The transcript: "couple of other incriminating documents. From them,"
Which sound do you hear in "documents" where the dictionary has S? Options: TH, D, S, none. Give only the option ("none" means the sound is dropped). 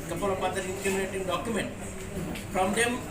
none